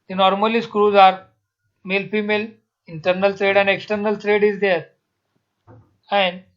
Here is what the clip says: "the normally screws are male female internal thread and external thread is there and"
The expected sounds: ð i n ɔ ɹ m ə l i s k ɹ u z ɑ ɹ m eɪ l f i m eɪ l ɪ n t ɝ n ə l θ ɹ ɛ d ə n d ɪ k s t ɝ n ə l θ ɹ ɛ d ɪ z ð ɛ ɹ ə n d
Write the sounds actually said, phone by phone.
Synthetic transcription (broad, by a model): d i n ɔ ɹ m ə l i s k ɹ u z ɑ ɹ m eɪ l f i m eɪ l ɪ n t ɝ n ə l t ɹ ɛ d ə n d ɪ k s t ɝ n ə l t ɹ ɛ d ɪ z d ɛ ɹ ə n d